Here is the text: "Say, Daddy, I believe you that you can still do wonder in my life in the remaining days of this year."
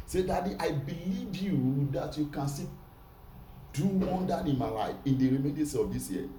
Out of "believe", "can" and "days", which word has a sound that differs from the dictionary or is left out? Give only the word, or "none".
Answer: days